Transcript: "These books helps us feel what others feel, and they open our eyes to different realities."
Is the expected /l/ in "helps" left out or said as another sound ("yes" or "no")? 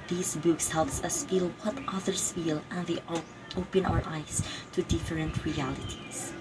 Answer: no